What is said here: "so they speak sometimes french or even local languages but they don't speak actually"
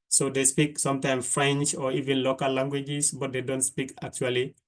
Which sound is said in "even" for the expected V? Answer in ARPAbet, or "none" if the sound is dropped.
V